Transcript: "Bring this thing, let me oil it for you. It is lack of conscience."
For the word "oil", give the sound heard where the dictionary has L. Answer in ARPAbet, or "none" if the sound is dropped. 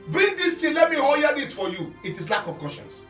N